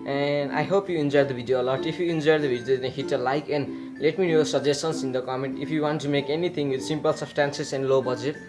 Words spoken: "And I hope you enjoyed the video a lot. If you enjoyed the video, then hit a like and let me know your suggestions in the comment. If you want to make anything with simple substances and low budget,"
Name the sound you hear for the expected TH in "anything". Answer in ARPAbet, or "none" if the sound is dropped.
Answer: T